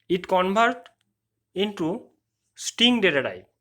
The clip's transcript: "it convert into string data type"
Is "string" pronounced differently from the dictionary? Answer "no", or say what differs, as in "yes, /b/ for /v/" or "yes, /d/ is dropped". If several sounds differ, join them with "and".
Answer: yes, /ɹ/ is dropped